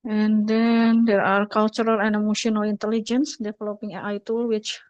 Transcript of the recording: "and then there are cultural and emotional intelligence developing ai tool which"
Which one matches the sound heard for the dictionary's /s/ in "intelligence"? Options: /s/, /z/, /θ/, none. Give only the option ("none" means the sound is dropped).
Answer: /s/